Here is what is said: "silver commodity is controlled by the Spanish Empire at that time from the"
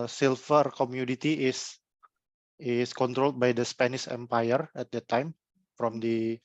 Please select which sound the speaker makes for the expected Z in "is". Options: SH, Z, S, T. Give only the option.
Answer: S